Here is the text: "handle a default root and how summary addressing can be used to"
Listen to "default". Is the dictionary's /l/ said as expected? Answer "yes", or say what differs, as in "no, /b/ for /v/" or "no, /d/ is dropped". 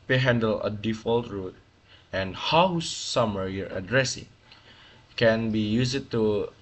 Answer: yes